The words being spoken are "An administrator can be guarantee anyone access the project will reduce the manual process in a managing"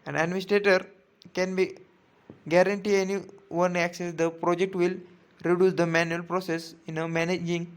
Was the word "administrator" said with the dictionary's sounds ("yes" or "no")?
yes